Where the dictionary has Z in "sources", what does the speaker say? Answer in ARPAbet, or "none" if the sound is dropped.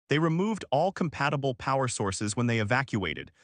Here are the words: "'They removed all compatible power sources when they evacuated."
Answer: Z